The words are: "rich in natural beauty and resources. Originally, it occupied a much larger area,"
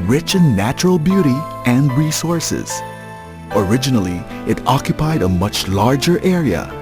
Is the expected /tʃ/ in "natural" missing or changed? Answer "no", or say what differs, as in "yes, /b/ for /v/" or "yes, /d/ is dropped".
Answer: no